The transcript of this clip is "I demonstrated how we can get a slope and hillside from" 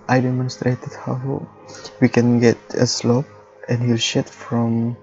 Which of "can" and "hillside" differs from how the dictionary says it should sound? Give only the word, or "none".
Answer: hillside